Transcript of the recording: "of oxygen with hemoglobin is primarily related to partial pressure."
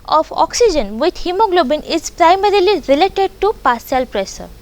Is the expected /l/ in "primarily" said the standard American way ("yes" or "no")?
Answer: yes